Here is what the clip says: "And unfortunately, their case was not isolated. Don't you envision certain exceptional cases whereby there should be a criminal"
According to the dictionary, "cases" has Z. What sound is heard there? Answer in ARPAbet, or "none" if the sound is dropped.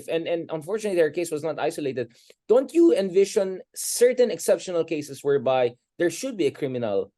S